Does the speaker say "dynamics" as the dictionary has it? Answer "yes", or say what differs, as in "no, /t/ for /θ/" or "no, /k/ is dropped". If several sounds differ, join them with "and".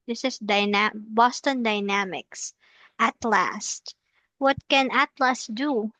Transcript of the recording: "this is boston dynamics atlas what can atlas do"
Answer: yes